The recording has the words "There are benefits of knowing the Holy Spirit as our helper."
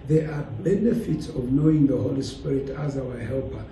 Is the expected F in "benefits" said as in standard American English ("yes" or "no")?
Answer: yes